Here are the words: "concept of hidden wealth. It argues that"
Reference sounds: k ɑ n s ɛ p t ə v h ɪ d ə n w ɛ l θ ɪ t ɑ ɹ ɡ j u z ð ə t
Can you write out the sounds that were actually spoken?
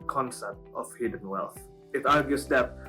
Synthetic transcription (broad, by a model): k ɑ n s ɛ p t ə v h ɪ d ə n w ɛ l θ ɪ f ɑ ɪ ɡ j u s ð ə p